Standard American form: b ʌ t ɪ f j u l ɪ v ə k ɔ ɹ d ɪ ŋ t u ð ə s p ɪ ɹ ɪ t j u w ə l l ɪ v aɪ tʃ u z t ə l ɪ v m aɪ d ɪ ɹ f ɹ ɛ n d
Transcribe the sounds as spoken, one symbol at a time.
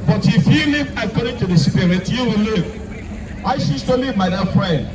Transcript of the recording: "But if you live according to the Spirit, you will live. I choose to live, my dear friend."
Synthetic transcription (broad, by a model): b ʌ t ɪ f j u l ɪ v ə k ɔ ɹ d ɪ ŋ t u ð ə s p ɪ ɹ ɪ t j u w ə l l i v aɪ ʃ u s t ə l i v m aɪ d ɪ f ɹ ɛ n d